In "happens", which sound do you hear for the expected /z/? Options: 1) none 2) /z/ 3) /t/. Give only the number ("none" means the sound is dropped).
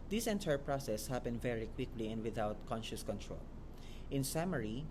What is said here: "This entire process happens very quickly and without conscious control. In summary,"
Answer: 1